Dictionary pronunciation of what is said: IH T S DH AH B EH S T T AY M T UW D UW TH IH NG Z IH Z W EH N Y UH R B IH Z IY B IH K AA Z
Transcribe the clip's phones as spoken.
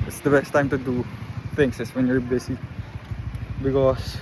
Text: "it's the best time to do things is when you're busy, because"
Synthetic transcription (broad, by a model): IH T S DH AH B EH S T T AY M T UW D UW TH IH NG S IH S W EH N Y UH R B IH S IY B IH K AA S